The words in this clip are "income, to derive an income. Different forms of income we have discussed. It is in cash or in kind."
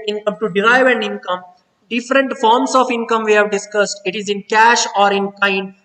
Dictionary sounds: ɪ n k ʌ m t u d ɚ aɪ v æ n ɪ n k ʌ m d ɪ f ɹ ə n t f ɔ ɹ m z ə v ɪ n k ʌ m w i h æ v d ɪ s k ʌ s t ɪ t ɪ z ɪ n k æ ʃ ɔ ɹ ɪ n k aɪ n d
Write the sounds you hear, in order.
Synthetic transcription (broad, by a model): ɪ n k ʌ m t u d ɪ aɪ v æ n ɪ n k ʌ m d ɪ f ɹ ə n t f ɔ ɹ m s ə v ɪ n k ʌ m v i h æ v d ɪ s k ʌ s t ɪ t ɪ z ɪ n k æ ʃ ɔ ɹ ɪ n k aɪ n d